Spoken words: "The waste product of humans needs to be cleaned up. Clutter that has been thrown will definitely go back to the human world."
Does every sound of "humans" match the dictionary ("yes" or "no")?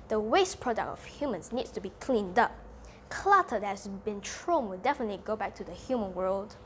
no